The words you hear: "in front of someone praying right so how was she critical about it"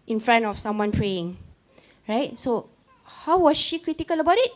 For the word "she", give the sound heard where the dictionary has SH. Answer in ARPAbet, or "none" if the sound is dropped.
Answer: SH